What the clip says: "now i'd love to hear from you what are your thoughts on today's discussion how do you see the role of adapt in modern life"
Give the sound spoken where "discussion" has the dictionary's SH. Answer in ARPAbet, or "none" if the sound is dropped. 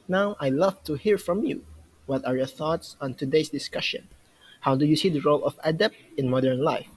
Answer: SH